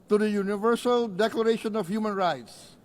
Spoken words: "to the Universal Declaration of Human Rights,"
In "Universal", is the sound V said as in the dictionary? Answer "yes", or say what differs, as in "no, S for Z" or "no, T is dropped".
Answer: yes